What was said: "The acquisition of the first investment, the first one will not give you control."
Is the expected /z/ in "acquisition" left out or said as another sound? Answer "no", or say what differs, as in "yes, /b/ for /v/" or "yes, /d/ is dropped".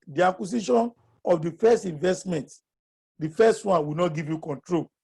yes, /s/ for /z/